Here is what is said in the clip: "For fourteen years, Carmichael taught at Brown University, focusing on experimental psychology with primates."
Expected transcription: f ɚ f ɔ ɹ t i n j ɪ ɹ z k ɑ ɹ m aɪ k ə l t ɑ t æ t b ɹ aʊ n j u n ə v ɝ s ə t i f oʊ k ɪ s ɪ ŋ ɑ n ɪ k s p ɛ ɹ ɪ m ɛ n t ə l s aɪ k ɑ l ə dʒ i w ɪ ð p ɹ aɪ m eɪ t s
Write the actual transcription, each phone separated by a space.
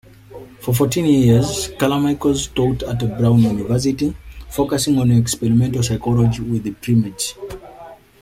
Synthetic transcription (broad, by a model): f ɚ f ɔ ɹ t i n j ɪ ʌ z k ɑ l m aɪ k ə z t ɑ t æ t b ɹ aʊ n j u n ə v ɝ s ə t i f oʊ k ɪ s ɪ ŋ ɑ n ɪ k s p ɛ ɹ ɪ m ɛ n t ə s aɪ k ɑ l ə dʒ i w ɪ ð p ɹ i m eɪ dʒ